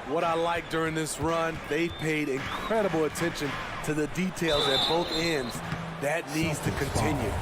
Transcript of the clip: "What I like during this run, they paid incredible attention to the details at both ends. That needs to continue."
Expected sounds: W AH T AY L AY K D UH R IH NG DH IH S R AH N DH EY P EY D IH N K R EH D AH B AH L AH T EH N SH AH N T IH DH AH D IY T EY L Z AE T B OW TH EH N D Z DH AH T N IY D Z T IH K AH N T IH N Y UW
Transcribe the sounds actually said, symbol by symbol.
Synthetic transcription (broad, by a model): W AH T AY L AY K D UH R IH NG DH IH S R AH N DH EY P EY D IH N K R EH D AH B L AH T EH N SH AH N T IH DH AH D IY T EY L Z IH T B OW TH EH N D Z DH AH T N IY D Z T IH K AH N T IH N Y UW